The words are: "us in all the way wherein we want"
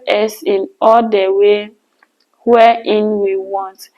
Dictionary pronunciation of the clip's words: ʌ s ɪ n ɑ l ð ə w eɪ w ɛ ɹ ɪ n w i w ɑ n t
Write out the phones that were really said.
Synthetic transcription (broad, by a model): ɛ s ɪ n ɑ l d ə w eɪ w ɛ ɪ n w i w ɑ n t